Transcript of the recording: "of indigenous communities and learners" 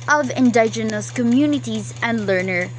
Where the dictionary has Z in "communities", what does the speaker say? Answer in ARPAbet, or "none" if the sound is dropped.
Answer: Z